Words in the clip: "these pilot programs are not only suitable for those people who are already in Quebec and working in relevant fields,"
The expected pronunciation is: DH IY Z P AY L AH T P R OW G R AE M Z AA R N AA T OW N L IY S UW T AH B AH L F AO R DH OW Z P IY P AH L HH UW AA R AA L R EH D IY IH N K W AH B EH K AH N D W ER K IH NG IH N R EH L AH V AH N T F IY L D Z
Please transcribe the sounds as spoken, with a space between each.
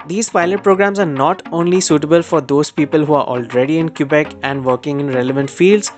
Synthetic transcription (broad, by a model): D IY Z P AY L AH T P R OW G R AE M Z AA R N AA T OW N L IY S UW T AH B AH L F AO R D OW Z P IY P AH L HH UW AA R AA L R EH D IY IH N K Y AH B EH K AH N D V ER K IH NG IH N R EH L AH V AH N T F IY L D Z